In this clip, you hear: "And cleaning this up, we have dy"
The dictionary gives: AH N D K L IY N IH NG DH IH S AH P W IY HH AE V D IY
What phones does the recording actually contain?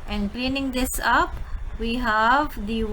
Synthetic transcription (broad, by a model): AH N D K L IY N IH NG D IH S AH P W IY HH AE V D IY